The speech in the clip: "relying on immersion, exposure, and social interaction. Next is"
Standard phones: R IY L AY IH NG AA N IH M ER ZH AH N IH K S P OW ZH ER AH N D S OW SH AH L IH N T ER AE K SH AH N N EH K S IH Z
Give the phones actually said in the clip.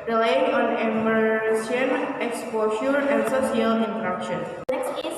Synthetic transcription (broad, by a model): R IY L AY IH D AA N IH M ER S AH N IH K S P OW SH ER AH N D S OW S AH L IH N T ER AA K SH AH N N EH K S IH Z